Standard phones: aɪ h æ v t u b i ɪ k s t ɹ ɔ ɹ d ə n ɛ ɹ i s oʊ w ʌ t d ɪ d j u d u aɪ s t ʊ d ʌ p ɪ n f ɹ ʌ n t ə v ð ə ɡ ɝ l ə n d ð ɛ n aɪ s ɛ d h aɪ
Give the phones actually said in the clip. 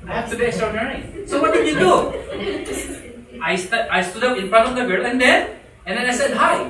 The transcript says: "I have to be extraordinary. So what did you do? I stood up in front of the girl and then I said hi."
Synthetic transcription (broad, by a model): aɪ h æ f t u b i ɪ k s t ɹ ɔ ɹ d ə n ɛ ɹ i s oʊ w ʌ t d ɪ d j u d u aɪ s t ʊ d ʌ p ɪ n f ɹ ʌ t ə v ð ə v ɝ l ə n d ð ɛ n aɪ s ɛ d h aɪ